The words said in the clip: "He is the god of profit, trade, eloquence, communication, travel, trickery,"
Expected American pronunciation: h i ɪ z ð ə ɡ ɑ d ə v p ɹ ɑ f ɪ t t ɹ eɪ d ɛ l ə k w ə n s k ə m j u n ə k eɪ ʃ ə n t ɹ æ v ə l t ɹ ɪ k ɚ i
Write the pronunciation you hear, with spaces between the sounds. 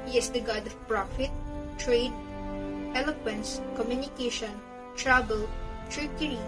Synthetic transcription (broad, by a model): h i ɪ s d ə ɡ ɑ d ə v p ɹ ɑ f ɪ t t ɹ eɪ d ɛ l ə k w ə n s k ə m j u n ə k eɪ ʃ ə n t ɹ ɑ b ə l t ɹ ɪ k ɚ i